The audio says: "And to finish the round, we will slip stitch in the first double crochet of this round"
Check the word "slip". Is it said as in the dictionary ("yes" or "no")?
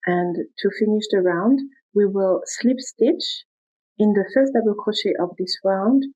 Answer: yes